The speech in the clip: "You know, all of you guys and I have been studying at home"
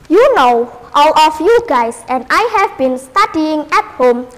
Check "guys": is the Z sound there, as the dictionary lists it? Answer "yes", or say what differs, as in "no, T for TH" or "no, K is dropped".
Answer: no, S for Z